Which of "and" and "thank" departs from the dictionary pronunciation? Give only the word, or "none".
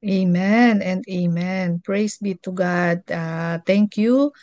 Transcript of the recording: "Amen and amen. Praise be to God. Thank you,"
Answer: thank